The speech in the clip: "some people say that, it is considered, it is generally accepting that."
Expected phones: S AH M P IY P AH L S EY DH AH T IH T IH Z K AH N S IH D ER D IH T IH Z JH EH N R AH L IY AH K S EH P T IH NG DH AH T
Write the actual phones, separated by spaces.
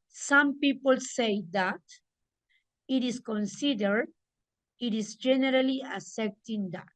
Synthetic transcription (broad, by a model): S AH M P IY P AH L S EY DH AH T IH T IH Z K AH N S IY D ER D IH T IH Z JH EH N R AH L IY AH S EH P T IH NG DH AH T